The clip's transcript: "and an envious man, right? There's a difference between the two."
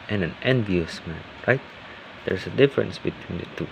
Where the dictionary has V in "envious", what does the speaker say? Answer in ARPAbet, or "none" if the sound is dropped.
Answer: V